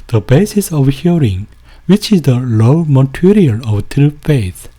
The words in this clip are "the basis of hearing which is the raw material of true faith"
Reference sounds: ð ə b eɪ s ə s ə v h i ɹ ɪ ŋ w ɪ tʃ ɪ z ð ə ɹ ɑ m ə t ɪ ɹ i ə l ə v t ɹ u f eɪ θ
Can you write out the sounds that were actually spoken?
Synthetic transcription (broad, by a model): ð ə b eɪ s ə s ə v h i ɹ ɪ ŋ w ɪ tʃ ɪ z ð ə l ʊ m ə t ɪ ɹ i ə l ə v t ɹ u f eɪ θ